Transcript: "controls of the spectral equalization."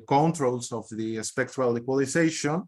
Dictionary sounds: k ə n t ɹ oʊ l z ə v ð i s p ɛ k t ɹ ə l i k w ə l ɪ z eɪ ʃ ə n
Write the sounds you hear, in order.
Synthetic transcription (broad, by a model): k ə n t ɹ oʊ l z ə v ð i s p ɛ k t w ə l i k w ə l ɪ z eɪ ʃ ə n